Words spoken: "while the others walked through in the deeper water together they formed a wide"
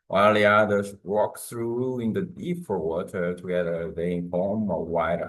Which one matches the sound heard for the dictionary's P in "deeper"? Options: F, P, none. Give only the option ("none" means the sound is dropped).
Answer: F